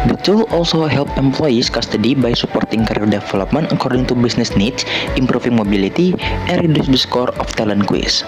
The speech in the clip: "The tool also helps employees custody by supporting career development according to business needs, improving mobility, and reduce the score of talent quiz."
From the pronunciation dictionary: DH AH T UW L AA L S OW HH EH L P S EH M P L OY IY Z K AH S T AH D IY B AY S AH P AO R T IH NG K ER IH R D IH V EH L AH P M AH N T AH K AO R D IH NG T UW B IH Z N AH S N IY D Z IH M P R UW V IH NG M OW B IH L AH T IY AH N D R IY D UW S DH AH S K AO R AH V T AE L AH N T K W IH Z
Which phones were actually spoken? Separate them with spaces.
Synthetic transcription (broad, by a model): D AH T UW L AA L S OW HH EH L P EH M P L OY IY S K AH S T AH D IY B AY S AH P AO R T IH NG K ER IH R D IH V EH L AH P M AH N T AH K AO R D IH NG T UW B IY S N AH S N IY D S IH M P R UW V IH NG M OW B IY L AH T IY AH N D R IY D UW S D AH S K AO R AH F T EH L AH N K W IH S